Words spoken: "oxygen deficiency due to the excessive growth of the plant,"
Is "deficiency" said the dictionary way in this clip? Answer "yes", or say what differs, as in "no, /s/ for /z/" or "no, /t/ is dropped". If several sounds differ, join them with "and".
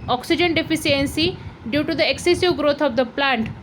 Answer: no, /s/ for /ʃ/